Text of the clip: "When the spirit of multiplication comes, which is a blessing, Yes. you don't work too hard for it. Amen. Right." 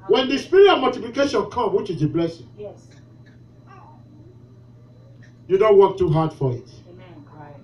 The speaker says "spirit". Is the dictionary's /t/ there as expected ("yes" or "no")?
no